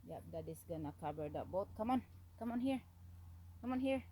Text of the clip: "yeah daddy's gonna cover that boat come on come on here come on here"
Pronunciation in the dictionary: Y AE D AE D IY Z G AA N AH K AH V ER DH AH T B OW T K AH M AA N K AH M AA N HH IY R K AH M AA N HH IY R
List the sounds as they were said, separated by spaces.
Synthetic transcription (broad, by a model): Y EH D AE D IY S G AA N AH K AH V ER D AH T B OW T K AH M AA N K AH M AA N HH IY R K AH M AA N HH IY R